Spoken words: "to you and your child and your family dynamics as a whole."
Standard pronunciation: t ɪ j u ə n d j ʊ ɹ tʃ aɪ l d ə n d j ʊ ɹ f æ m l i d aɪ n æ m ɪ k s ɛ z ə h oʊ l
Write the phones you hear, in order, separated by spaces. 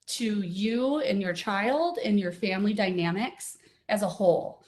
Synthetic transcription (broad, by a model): t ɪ j u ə n j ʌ ɹ tʃ aɪ l d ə n j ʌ ɹ f æ m l i d aɪ n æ m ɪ k s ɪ z ə h oʊ l